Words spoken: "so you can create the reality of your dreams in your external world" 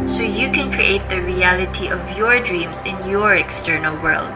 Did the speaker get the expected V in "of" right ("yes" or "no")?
yes